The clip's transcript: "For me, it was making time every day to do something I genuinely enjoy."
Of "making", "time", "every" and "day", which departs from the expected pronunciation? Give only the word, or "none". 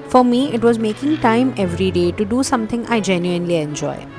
none